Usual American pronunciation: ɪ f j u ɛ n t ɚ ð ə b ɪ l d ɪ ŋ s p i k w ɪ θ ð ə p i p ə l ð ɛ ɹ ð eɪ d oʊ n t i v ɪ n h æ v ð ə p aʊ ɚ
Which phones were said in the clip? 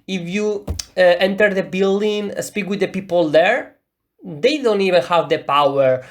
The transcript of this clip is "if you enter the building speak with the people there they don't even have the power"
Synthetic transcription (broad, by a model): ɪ f j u ɛ n t ɚ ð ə b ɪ l d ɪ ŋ s p i k w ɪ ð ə p i p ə l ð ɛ ɹ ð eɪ d oʊ n t i v ɪ n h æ v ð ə p aʊ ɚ